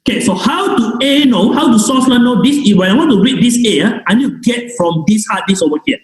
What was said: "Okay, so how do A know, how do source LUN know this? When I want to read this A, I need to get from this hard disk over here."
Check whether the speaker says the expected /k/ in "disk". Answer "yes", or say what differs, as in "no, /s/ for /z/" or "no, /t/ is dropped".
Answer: no, /k/ is dropped